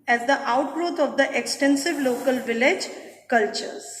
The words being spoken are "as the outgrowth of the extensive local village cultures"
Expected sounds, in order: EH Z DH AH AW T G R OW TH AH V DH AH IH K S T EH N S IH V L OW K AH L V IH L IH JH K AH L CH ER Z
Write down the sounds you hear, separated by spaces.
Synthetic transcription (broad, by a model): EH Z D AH AW T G R OW T AH V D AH IH K S T EH N S IH V L OW K AH L V IH L IH JH K AH L CH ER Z